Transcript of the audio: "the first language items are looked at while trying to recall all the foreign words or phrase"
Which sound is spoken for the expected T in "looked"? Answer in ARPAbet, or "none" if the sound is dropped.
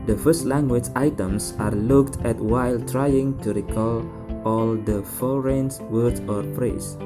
T